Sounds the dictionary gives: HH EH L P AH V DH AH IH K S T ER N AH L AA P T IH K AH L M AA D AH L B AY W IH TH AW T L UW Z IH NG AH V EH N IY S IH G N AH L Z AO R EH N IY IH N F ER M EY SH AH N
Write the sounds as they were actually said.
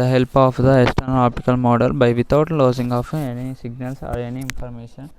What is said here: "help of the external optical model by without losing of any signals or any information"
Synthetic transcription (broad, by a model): HH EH L P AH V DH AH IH S T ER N AA P T IH K AH L M AA D AH L B AY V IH T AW T L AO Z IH NG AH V EH N IY S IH G N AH L S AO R EH N IY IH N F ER M EY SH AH N